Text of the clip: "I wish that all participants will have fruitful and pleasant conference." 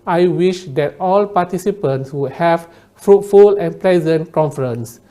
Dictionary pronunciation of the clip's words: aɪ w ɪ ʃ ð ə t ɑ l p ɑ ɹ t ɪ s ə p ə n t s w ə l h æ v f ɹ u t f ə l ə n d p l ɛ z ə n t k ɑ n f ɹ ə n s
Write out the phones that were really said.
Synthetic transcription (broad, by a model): aɪ w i ʃ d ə t ɑ l p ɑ t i s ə p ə n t s w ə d h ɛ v f ɹ u t f ə l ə n p l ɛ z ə n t k ɑ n f ɹ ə n s